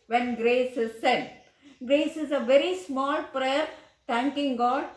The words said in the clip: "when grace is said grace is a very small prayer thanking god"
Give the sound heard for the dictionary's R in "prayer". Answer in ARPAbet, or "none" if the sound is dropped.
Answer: R